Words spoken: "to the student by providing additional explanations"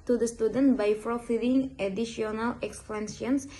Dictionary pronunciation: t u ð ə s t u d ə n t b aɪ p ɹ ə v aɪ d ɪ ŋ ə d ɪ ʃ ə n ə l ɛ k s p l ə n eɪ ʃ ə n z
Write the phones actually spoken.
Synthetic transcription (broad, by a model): t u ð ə s t u d ə n t b aɪ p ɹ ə f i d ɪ ŋ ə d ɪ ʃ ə n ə l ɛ k s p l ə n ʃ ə n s